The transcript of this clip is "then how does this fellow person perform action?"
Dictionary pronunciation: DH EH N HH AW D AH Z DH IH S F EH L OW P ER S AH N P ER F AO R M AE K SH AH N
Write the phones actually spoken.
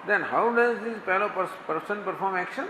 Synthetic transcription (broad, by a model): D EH N HH AW D AH Z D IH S P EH L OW P ER S AH N P ER F AO R M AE K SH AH N